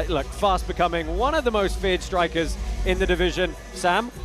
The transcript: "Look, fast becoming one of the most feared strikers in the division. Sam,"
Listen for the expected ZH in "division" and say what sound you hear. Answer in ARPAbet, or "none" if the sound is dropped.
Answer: ZH